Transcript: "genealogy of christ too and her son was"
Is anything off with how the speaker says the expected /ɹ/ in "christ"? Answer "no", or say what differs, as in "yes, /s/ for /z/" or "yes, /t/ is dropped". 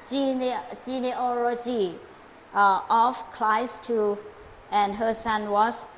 yes, /l/ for /ɹ/